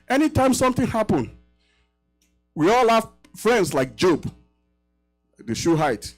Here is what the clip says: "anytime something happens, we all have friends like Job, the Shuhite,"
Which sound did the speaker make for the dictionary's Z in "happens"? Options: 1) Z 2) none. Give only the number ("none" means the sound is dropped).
2